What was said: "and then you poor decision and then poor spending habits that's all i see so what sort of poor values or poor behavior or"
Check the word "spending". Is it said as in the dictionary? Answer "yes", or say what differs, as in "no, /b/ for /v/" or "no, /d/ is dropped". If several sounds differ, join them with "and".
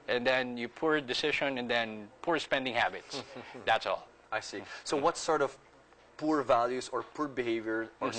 yes